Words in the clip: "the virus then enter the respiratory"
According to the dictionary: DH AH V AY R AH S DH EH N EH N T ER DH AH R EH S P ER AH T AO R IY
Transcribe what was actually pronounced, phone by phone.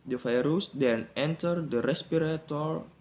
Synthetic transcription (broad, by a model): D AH F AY R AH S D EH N EH N T ER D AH R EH S P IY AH T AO R